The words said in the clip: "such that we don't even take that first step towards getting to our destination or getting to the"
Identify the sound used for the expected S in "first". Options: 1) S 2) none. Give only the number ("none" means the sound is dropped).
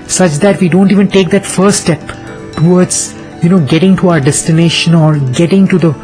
2